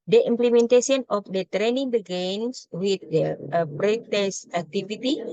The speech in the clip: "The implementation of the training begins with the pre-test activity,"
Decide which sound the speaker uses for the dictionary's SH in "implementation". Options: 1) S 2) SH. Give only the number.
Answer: 1